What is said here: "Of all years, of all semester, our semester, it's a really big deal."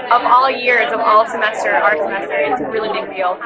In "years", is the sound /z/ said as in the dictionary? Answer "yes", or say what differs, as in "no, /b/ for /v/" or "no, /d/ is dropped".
yes